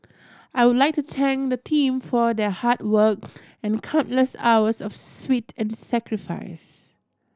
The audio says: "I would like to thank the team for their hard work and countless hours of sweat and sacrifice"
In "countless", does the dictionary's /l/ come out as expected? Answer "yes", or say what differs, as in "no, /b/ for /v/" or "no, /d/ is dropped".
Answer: yes